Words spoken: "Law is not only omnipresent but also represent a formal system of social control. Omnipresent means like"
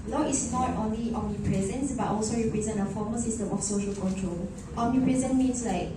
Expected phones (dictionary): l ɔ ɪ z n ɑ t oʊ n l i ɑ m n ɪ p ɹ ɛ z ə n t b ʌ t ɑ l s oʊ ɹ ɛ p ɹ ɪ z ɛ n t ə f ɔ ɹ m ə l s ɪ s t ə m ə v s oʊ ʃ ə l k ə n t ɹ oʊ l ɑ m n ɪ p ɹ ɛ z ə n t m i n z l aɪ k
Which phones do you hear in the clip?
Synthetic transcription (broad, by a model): l ɔ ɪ s n ɑ t oʊ n l i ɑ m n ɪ p ɹ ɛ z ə n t b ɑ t ɑ l s oʊ ɹ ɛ p ɹ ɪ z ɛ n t ə f ɔ m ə s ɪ s t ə m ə f s oʊ ʃ ə l k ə n t ɹ oʊ l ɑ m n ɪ p ɹ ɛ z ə n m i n s l aɪ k